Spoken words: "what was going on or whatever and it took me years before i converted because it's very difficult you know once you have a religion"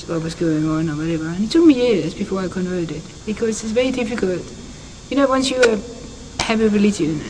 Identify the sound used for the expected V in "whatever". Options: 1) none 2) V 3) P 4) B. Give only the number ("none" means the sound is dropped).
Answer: 2